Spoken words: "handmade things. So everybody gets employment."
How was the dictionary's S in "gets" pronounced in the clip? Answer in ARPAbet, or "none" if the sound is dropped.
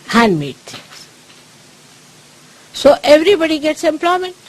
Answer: S